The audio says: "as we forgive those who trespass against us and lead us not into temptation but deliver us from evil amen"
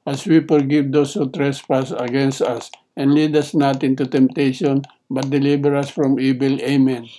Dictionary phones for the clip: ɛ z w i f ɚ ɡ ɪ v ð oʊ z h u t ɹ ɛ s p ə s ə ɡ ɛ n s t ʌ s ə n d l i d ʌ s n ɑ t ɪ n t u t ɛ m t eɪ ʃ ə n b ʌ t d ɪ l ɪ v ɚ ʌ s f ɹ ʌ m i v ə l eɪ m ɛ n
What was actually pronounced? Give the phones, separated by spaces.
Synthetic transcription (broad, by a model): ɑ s w i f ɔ ɡ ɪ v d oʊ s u t ɹ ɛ s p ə s ə ɡ ɛ n s t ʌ s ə n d l i d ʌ s n ɑ t ɪ n t u t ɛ m t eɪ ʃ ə n b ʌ t d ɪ l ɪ b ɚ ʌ s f ɹ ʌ m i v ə l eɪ m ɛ n